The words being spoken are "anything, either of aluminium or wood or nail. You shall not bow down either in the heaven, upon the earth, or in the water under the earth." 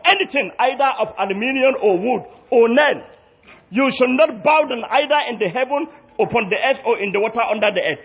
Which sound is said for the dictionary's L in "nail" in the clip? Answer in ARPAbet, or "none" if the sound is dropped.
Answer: N